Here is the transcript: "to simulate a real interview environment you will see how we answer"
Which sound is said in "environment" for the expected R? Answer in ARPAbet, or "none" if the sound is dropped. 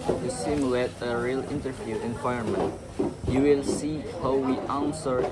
none